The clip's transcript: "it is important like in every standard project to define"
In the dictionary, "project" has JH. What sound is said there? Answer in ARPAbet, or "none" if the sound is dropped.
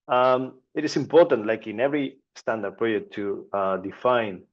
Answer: none